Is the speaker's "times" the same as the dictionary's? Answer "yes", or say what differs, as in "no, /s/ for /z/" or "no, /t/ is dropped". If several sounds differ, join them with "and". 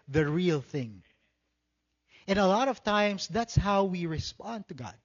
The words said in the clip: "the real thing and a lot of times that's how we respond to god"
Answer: no, /s/ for /z/